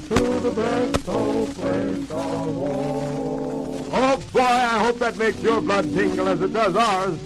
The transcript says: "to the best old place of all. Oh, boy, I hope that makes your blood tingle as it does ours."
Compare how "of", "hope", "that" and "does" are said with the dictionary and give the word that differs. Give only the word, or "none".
of